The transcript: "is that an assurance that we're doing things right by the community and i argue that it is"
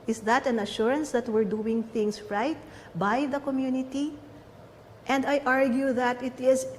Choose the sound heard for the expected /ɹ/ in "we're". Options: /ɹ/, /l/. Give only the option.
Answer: /ɹ/